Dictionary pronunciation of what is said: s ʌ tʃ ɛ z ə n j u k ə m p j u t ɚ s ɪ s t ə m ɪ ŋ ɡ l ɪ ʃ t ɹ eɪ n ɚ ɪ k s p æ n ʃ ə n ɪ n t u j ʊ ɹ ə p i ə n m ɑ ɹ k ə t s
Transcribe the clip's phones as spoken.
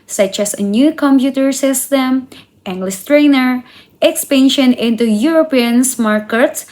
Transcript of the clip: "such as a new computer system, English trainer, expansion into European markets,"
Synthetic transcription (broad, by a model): s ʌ tʃ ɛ s ə n j u k ə m p j u t ɚ s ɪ s t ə m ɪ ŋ ɡ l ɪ s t ɹ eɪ n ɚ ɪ k s p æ n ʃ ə n ɪ n t u j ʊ ɹ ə p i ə n m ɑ ɹ k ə t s